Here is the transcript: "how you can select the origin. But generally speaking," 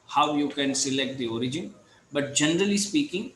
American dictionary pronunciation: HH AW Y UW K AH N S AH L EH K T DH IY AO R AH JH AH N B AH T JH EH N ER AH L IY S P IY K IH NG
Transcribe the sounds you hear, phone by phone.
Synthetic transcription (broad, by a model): HH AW Y UW K AH N S AH L EH K T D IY AO R AH JH AH N B AH T JH EH N ER AH L IY S P IY K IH NG